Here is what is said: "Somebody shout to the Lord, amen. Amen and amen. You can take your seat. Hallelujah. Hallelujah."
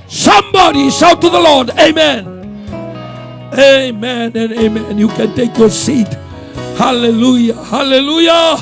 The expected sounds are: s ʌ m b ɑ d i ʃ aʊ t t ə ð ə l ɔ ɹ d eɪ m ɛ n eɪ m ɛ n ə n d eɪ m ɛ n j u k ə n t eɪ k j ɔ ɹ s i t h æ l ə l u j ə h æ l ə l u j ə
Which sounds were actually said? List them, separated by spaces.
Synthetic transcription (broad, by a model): s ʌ m b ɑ d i s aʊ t t ə ð ə l ɔ ɹ d eɪ m ɛ n eɪ m ɛ n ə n eɪ m ɛ n j u k ə n t eɪ k j ɔ ɹ s i t h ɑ l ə l u j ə h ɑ l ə l u j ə